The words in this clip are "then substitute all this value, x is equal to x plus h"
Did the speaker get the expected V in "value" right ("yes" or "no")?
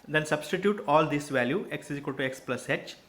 yes